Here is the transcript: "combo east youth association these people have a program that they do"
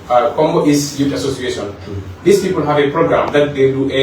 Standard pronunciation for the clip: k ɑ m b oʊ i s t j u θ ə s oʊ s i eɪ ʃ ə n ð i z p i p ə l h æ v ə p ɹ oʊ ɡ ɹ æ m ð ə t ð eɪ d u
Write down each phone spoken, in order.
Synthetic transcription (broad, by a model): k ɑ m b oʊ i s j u t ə s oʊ s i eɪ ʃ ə n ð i s p i p ə l h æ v ə p ɹ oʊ ɡ ɹ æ m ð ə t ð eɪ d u